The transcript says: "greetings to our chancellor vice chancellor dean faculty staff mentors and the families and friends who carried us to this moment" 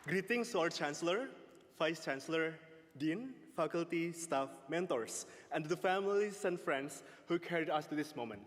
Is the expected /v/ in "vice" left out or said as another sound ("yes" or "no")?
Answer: yes